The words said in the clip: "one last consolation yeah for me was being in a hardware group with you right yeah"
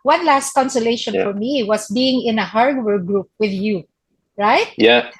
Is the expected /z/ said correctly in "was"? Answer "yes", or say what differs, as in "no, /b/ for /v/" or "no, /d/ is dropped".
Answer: no, /s/ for /z/